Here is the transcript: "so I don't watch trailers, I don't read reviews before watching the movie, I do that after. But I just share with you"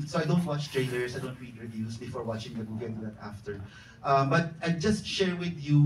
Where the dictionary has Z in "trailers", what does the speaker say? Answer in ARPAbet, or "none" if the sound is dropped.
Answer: S